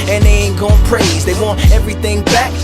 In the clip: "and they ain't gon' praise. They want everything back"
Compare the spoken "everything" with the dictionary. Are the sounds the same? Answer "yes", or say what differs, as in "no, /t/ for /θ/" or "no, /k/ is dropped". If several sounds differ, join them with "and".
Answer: yes